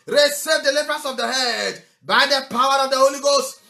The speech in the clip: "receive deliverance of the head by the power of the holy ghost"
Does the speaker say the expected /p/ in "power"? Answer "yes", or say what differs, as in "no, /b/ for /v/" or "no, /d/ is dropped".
yes